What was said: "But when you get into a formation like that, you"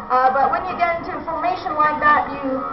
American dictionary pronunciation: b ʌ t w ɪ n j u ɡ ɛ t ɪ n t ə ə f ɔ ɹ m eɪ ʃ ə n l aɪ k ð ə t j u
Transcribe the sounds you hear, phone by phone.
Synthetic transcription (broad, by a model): b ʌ t w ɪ n j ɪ ɡ ɛ t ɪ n t ə f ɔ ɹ m eɪ ʃ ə n w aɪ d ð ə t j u